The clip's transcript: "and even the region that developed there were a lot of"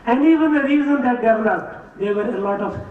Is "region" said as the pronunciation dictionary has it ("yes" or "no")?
no